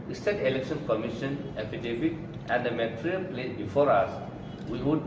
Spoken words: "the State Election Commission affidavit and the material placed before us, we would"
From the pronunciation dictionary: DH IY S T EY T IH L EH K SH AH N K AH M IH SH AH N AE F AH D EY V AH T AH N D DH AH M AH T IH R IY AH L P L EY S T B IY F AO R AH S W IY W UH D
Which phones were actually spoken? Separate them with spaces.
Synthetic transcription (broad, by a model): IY S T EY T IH L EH K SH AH N K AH M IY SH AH N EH P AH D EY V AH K AH N D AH M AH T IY R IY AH L P L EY T B IY F AO R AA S W IY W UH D